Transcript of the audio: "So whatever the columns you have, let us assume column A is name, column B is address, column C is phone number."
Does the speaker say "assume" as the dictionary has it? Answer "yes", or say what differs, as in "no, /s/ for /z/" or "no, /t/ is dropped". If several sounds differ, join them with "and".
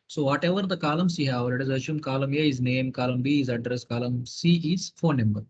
no, /ʃ/ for /s/